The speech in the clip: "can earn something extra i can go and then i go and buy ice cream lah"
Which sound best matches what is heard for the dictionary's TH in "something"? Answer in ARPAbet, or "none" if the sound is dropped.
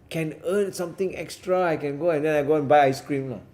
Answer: T